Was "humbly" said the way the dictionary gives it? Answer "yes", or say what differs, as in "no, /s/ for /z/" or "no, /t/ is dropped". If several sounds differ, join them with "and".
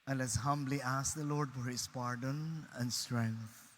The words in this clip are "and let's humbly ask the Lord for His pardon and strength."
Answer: yes